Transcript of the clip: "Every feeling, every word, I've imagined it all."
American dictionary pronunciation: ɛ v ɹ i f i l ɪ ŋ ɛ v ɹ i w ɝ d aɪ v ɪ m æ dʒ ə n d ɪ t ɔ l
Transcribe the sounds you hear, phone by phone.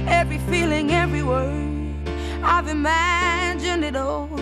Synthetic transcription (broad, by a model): ɛ v ɹ i f i l ɪ ŋ ɛ v ɹ i w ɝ aɪ v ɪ m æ dʒ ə n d ɪ t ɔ